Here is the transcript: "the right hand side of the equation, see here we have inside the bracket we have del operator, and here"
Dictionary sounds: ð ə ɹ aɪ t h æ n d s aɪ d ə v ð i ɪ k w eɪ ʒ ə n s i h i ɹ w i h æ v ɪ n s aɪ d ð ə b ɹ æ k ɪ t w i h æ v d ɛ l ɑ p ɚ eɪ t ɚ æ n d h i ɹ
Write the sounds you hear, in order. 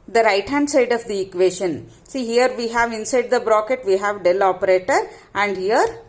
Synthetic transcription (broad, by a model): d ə ɹ aɪ t h æ n d s aɪ d ə v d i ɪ k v eɪ ʃ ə n s i h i ɹ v i h æ v ɪ n s aɪ d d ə b ɹ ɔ k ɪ t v i h æ v d ɛ l ɑ p ɚ eɪ t ɚ æ n d h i ɹ